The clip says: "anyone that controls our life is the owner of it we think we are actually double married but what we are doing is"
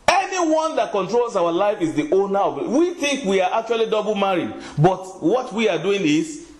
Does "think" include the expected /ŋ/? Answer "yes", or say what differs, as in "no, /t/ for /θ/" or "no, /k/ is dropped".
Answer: yes